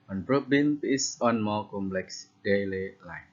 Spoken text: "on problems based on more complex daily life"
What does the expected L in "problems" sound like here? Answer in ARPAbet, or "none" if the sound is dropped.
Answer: none